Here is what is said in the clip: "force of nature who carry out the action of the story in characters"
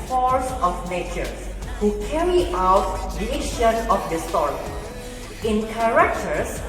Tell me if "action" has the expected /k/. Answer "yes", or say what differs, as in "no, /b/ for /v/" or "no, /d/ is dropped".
no, /k/ is dropped